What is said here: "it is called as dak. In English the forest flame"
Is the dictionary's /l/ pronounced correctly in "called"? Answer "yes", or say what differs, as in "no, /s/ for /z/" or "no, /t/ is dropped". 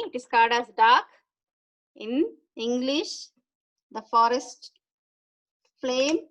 no, /l/ is dropped